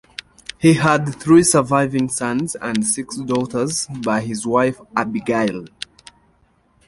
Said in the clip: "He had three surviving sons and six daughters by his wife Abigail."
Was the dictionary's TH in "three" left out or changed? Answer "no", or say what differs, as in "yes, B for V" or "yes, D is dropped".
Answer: no